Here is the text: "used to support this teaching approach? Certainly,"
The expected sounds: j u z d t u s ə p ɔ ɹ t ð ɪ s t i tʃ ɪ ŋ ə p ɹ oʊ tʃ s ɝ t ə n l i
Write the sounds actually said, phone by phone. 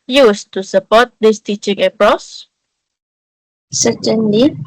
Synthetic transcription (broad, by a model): j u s t u s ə p ɔ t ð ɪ s t i tʃ ɪ ŋ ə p ɹ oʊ s s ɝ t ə n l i